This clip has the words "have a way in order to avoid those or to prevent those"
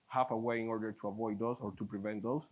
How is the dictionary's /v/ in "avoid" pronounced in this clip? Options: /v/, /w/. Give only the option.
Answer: /v/